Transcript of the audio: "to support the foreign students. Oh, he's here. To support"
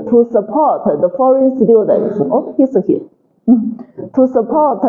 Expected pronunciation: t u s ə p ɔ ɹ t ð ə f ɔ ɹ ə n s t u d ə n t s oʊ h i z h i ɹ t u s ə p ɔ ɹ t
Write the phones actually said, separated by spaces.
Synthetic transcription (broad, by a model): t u s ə p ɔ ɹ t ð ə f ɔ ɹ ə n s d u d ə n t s oʊ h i s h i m t u s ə p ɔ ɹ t